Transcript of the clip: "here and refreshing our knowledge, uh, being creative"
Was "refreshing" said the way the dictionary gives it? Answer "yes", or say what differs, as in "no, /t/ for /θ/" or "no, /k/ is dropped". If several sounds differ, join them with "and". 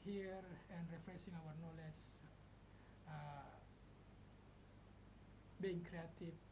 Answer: no, /s/ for /ʃ/